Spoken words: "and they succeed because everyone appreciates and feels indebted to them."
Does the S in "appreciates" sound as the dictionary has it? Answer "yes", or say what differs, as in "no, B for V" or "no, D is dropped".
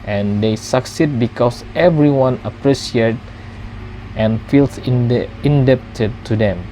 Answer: no, S is dropped